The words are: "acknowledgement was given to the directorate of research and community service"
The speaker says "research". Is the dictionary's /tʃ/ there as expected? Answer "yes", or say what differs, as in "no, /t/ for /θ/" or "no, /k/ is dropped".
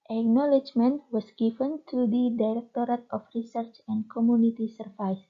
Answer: yes